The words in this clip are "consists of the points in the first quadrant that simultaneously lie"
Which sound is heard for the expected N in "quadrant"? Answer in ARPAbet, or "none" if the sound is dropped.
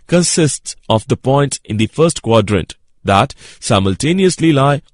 N